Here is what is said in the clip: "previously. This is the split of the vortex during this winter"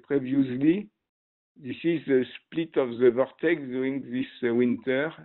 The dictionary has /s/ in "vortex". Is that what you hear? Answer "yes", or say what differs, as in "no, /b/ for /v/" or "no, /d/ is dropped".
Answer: no, /s/ is dropped